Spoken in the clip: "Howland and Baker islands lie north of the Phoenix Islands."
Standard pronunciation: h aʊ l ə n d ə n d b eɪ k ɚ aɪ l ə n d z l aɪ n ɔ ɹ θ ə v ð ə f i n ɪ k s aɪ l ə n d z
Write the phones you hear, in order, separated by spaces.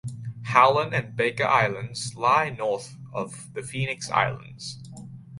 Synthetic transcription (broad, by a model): h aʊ l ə n ə n b eɪ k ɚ aɪ l ə n d z l aɪ n ɔ ɹ θ ə v ð ə f i n ɪ k s aɪ l ə n d z